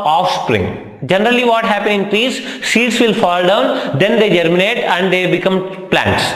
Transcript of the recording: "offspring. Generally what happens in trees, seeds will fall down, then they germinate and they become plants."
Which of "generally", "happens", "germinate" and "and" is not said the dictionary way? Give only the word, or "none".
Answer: happens